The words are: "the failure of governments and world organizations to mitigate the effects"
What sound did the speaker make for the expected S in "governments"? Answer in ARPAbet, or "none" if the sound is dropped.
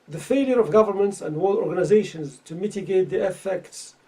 S